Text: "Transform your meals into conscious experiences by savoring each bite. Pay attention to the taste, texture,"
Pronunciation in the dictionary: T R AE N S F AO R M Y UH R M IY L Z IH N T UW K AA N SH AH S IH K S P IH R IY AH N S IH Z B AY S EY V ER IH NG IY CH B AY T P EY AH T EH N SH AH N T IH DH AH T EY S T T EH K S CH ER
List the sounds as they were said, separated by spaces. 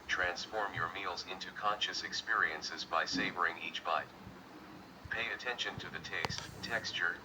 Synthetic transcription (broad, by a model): T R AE N S F AO R M Y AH R M IY L Z IH N T UW K AA N SH AH S IH K S P IH R IY AH N S IH Z B AY S EY V ER IH NG IY CH B AY T P EY AH T EH N SH AH N T IH DH AH T EY S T T EH K S CH ER